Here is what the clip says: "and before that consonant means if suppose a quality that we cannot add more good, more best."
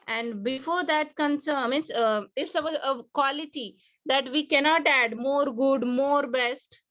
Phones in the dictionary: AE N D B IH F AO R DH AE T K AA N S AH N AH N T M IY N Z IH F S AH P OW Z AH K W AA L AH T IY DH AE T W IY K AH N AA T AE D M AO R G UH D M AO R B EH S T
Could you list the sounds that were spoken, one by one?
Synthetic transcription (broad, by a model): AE N D B IH F AO R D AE T K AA N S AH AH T M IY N S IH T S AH OW AH K W AA L AH T IY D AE T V IY K AH N AA T AE D M AO R G UH D M AO R B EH S T